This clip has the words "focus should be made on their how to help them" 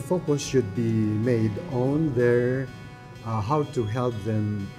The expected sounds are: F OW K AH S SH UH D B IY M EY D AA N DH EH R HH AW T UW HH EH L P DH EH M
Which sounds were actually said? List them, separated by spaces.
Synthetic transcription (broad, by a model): F OW K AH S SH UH D B IY M EY D AA N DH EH R HH AW T UW HH EH L P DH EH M